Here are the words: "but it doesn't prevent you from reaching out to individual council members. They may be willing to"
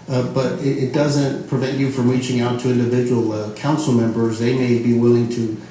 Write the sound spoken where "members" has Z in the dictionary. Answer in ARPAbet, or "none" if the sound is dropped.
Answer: Z